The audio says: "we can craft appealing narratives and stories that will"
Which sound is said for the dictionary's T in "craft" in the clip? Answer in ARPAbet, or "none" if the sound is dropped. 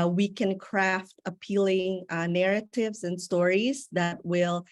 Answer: T